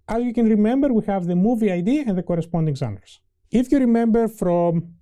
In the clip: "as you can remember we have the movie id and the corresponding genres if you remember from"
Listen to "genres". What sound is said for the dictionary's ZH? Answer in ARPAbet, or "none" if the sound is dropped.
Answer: Z